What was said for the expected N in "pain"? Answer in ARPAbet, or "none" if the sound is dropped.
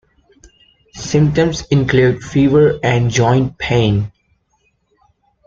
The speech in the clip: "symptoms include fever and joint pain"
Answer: N